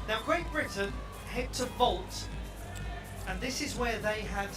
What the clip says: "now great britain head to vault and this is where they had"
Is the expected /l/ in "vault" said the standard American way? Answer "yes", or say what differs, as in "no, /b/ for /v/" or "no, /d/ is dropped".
yes